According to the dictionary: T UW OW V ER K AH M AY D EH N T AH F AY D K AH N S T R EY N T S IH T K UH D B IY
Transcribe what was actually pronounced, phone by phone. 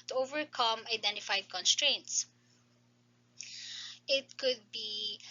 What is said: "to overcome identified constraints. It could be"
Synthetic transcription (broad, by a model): T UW OW V ER K AH M AY D EH N T AH F AY D K AH N S T R EY N T S IH T K UH D B IY